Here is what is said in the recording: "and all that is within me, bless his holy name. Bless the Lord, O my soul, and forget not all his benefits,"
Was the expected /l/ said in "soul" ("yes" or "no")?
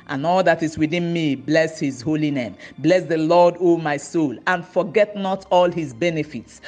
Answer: yes